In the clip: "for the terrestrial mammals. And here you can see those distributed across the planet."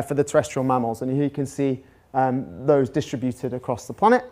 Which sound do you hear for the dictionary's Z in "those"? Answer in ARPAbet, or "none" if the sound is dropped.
Z